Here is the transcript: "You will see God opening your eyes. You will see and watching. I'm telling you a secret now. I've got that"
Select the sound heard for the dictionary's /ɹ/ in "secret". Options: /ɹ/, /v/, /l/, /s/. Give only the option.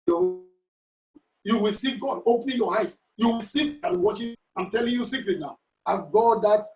/l/